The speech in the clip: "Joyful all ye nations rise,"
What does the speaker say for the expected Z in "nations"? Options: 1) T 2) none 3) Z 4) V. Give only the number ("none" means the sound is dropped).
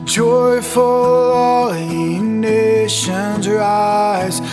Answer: 3